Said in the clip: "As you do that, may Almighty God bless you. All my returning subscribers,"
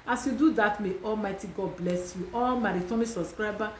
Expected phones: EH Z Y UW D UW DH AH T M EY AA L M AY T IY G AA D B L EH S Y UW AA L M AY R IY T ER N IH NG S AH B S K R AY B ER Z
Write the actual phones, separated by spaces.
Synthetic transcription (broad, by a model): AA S Y UW D UW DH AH T M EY AA L M AY T IY G AA D B L EH S Y UW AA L M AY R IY T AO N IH S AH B S K R AY B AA